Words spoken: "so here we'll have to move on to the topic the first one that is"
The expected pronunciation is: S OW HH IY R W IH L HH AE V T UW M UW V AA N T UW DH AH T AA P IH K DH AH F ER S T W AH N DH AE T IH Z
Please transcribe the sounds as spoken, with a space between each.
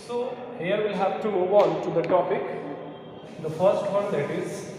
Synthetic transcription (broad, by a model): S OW HH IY R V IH L HH AE V T UW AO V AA L T UW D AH T AA P IH K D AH F ER S T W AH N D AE T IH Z